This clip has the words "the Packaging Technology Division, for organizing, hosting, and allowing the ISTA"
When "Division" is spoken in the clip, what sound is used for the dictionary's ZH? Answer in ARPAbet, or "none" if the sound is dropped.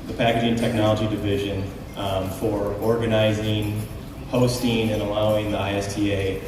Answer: ZH